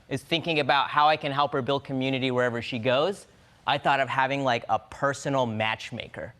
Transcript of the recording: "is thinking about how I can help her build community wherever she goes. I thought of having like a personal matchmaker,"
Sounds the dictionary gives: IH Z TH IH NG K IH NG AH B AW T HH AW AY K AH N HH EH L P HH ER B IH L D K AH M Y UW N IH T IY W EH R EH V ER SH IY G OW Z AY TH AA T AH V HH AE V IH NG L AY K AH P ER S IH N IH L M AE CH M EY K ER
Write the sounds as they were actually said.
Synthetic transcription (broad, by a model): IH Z TH IH NG K IH NG AH B AW T HH AW AY K AH N HH EH L P HH ER B IH L D K AH M Y UW N IH T IY W EH R EH V ER SH IY G OW Z AY TH AA T AH V HH AE V IH NG L AY K AH P ER S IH N L M AE CH M EY K ER